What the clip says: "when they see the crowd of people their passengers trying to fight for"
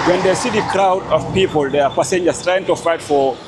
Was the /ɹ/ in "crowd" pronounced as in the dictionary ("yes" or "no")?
yes